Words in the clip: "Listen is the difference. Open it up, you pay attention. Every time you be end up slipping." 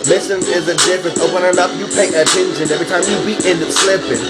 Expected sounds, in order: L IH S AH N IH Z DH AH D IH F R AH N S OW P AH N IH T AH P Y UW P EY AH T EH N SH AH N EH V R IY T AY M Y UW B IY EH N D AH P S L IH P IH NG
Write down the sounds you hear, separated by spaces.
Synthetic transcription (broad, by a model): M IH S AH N IH Z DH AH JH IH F AH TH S OW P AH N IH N AH P Y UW P EY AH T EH N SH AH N EH V R IY T AY M Y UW B IY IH N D S L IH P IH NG